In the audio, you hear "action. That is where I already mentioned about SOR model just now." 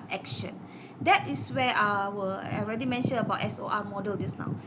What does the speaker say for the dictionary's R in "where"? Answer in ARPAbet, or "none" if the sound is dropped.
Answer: W